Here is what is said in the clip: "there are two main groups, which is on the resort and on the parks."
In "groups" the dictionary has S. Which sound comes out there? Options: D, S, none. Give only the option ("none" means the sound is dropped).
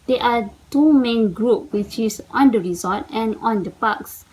none